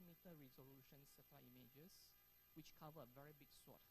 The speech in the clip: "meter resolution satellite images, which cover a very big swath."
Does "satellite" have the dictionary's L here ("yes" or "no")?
no